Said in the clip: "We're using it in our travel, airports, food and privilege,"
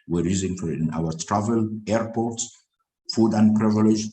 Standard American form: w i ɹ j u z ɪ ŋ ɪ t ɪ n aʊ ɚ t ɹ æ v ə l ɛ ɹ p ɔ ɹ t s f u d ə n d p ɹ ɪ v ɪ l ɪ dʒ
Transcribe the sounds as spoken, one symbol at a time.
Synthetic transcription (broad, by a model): w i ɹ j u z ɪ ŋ ɪ t ɪ n aʊ ɚ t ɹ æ v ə l ɛ ɹ p ɔ ɹ t s f u d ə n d p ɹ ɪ v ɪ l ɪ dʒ